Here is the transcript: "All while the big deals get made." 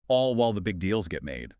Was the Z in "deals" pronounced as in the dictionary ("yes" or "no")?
yes